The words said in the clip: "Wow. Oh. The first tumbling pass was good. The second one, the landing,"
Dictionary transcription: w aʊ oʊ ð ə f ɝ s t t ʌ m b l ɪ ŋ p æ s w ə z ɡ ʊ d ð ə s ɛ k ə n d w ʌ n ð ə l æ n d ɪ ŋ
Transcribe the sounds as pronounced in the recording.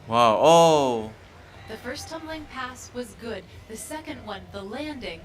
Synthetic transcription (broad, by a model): w aʊ oʊ ð ə f ɝ s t t ʌ m b l ɪ ŋ p æ s w ə z ɡ ʊ d ð ə s ɛ k ə n d w ʌ n ð ə l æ n d ɪ ŋ